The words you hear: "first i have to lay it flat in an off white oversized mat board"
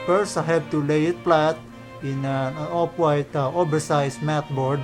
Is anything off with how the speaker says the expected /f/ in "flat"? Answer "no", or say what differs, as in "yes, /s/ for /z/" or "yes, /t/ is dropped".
yes, /p/ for /f/